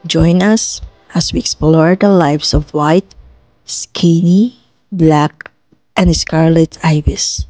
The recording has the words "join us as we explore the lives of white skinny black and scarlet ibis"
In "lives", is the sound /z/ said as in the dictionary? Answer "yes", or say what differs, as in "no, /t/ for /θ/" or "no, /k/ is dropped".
no, /s/ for /z/